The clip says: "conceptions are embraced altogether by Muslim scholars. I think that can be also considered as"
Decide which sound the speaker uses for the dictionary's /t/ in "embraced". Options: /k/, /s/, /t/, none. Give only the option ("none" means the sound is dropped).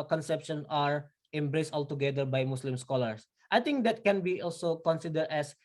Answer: /t/